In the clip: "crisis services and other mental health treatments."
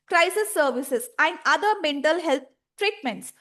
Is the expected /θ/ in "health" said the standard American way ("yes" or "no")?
no